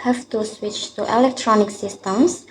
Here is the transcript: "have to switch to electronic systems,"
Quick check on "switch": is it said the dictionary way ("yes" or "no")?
yes